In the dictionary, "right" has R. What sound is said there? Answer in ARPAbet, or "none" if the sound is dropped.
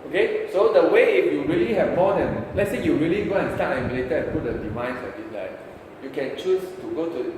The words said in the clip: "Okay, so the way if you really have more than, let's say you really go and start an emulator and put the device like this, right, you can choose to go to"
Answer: L